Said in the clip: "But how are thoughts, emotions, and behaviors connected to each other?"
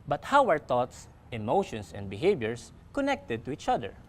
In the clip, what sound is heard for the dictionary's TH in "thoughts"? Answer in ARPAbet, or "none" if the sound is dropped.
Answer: T